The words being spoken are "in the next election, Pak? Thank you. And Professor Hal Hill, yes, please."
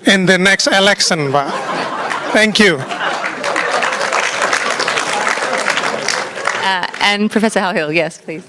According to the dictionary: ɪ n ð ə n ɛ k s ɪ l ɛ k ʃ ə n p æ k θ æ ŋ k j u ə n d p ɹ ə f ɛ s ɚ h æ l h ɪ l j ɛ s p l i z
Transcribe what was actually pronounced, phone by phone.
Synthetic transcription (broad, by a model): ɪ n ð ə n ɛ k s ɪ l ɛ k s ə n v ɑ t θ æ ŋ k j u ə n p ɹ ə f ɛ s ɚ h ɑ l h ɪ l j ɛ s p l i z